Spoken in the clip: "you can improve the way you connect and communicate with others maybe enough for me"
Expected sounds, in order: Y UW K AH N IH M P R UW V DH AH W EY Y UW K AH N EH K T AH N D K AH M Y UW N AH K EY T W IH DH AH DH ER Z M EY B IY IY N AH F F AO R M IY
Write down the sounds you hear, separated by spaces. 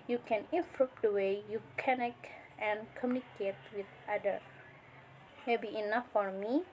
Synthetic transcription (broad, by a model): Y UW K AH N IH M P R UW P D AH W EY Y UW K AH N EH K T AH N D K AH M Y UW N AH K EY T W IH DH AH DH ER M EY B IY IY N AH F F AO R M IY